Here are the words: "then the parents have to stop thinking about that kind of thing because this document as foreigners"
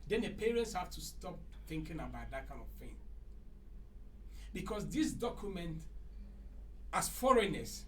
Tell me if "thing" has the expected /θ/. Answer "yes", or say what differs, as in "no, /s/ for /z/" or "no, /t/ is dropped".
no, /f/ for /θ/